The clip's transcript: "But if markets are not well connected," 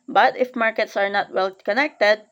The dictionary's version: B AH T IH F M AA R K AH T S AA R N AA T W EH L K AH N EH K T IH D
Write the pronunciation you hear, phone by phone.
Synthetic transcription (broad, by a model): B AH T IH F M AA R K AH T S AA R N AA T W EH L K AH N EH K T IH D